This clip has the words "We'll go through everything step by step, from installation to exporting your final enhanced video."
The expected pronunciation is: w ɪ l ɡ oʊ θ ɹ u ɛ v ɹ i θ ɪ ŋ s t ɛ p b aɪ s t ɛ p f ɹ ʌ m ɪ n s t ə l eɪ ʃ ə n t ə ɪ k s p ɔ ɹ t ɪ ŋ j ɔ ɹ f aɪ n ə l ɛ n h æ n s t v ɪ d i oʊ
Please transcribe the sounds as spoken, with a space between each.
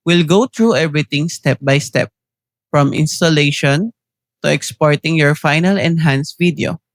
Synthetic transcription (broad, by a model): w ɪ l ɡ oʊ t ɹ u ɛ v ɹ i t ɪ ŋ s t ɛ p b aɪ s t ɛ p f ɹ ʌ m ɪ n s t ə l eɪ ʃ ə n t ə ɪ k s p ɔ ɹ t ɪ ŋ j ɔ ɹ f aɪ n ə l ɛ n h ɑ n s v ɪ d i oʊ